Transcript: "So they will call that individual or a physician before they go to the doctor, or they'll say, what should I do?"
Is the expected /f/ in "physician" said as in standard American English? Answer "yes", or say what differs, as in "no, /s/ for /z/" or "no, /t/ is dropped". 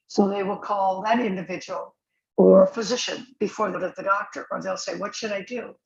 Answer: yes